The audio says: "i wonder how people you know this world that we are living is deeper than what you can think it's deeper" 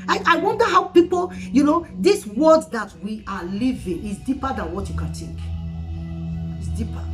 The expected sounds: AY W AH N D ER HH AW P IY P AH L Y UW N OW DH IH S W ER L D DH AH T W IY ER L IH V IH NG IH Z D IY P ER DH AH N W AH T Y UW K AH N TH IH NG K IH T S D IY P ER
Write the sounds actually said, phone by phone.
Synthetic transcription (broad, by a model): AY W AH N D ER HH AW P IY P AH L Y UW N OW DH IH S W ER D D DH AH T W IY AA L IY V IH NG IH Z D IY P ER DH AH N W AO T Y UW K AH N T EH K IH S D IY P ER